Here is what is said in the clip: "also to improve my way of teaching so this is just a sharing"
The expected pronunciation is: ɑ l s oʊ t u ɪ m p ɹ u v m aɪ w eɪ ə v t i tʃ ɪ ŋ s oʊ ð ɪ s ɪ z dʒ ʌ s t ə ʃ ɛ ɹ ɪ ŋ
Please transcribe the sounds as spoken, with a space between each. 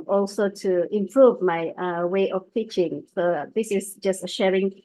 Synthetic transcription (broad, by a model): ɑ l s oʊ t u ɪ m p ɹ u v m aɪ w eɪ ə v t i tʃ ɪ ŋ s oʊ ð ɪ s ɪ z dʒ ʌ s t ə ʃ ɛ ɹ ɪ ŋ